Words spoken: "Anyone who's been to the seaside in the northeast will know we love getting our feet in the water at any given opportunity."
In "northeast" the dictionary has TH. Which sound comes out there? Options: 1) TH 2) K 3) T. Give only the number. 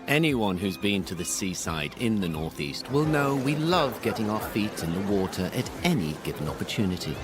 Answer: 1